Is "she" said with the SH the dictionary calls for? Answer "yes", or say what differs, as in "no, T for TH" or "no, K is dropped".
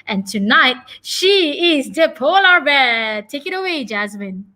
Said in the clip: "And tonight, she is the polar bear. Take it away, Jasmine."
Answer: yes